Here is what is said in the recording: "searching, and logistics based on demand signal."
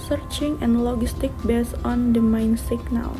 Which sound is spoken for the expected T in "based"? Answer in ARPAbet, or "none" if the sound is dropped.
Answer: none